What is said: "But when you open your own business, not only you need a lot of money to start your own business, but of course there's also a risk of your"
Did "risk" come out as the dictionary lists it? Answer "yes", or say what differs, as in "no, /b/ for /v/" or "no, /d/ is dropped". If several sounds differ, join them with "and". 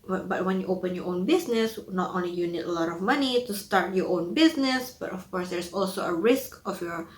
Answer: yes